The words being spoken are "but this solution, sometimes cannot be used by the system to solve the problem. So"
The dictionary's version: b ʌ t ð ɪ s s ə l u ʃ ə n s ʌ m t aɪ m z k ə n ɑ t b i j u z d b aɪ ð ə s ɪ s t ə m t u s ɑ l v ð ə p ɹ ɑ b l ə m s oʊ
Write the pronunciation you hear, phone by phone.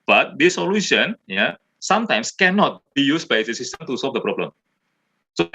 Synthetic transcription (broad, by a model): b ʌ t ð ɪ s s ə l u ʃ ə n s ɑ m t aɪ m s k ə n ɑ t b i j u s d b aɪ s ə s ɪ s t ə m t u s ɑ l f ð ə p ɹ ɑ b l ə m s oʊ